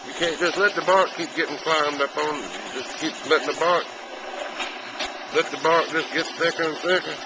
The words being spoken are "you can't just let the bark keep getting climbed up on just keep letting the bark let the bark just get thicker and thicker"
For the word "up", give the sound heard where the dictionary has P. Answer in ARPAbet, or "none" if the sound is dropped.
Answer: F